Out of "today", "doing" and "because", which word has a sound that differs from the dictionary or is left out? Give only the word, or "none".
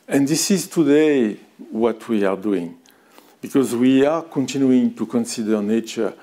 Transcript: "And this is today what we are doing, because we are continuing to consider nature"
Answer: none